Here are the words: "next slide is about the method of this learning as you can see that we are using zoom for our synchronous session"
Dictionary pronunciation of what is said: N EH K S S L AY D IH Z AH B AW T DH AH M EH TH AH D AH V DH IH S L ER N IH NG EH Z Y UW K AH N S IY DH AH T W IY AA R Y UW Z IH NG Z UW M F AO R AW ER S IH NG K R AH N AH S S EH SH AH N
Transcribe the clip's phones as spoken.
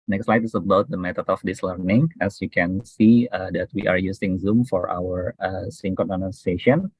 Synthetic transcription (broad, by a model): N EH K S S L AY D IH S AH B AW T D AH M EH T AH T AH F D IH S L ER N IH NG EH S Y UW K AH N S IY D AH T W IY AA R Y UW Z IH NG Z UW M F AO R AW ER S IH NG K AH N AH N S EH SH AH N